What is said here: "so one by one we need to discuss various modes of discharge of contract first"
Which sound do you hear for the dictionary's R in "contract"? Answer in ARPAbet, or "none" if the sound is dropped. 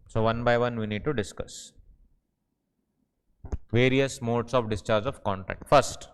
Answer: none